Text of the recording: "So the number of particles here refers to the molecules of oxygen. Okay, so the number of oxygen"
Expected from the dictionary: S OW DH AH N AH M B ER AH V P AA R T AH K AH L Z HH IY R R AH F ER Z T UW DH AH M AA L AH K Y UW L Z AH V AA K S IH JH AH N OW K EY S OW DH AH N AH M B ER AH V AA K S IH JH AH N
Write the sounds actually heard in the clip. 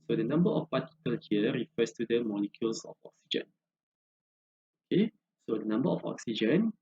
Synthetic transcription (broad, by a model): S OW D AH N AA M B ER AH F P AA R T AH K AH L HH IY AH R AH F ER S T UW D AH M AA L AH K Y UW L S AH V AA K S IH JH AH N OW K EY S OW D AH N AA M B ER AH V AA K S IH JH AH N